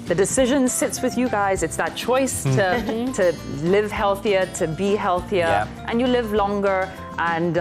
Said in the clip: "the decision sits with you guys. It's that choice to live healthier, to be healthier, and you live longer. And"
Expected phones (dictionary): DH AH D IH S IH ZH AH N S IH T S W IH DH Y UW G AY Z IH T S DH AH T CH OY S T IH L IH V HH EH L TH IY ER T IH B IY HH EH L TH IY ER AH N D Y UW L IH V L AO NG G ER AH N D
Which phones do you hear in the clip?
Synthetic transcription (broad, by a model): DH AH D IH S IH ZH AH N S IH T S W IH DH Y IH G AY Z IH T S DH AH T CH OY S T IH L IH V HH EH L TH IY ER T IH B IY HH EH L TH IY ER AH N Y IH L IH V L AO NG G ER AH N